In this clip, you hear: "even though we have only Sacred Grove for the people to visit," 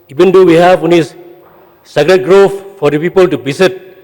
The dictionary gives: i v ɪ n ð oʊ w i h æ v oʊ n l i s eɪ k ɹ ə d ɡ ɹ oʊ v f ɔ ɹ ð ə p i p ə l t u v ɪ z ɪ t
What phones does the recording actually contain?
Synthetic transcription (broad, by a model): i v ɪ n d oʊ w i h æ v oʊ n i s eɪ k ɹ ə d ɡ ɹ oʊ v f ɔ ɹ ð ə p i p ə l t u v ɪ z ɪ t